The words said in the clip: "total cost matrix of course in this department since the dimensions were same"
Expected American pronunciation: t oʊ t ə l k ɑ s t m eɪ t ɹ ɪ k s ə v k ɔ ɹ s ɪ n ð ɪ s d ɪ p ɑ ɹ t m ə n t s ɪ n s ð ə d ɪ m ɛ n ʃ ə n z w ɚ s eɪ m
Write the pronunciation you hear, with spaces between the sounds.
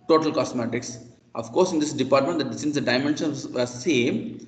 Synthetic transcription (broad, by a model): t oʊ t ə l k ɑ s m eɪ t ɪ k s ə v k ɔ ɹ s ɪ n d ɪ s d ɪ p ɑ ɹ t m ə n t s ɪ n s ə d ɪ m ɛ n ʃ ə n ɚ s eɪ m